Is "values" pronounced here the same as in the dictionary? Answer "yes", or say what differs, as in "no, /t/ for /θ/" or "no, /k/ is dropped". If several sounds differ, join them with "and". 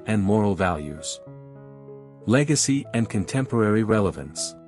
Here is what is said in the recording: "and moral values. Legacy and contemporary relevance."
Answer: yes